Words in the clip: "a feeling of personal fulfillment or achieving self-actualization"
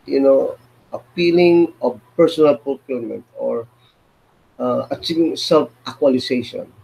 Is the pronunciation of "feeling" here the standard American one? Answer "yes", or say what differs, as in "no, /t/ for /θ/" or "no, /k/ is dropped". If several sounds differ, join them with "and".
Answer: no, /p/ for /f/